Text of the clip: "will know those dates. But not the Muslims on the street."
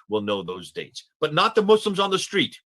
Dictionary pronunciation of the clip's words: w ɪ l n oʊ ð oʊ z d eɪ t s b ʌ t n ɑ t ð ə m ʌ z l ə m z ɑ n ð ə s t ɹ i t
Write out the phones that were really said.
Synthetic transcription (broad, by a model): w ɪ l n oʊ ð oʊ z d eɪ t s b ʌ t n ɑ t ð ə m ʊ s l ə m z n ð ə s t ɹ i t